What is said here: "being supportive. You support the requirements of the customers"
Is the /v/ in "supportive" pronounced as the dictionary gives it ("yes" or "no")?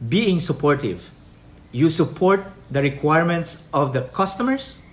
yes